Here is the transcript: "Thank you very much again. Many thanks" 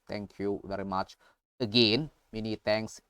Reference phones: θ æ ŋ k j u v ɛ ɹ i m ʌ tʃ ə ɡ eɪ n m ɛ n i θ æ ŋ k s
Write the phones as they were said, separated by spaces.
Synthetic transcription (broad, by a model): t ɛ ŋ k j u v ɛ ɹ i m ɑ tʃ ə ɡ eɪ n m ɛ n i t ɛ ŋ k s